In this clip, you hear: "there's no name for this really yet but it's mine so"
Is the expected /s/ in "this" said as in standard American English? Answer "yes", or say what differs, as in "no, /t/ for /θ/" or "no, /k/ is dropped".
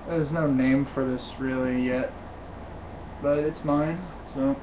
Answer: yes